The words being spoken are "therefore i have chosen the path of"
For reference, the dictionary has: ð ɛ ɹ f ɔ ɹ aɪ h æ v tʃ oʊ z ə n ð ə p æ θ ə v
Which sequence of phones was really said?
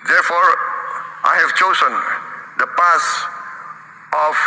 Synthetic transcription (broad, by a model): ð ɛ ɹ f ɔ ɹ aɪ h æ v tʃ oʊ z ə n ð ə p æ s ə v